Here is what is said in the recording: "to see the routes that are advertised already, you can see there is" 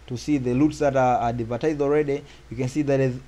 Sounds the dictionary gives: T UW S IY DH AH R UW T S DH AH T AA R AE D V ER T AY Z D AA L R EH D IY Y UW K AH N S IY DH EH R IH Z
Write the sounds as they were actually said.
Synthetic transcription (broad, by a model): T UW S IY DH AH L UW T S DH AH T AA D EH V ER T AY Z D AA L R EH D IY Y UW K AH N S IY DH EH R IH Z